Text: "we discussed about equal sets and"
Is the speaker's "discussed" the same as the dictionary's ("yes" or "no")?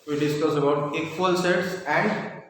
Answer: no